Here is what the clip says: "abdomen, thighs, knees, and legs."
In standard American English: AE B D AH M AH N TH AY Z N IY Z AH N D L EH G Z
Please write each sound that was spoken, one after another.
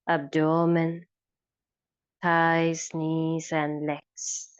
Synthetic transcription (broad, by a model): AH B D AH M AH N T AY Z N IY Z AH N L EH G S